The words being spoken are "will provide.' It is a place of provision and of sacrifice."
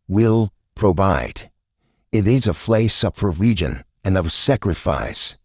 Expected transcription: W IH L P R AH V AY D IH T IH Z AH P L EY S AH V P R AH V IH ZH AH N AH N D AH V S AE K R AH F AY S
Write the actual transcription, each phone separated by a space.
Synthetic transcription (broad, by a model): W IH L P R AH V AY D IH T IH Z AH F L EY S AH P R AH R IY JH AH N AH N AH V S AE K R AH F AY S